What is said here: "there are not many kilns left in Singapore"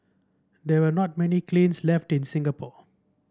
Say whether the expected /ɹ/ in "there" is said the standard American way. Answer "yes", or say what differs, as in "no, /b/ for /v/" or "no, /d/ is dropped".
no, /w/ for /ɹ/